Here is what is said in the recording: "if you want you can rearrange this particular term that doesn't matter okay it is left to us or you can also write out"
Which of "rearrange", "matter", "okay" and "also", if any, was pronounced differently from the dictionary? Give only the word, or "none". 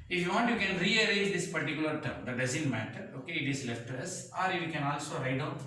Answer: rearrange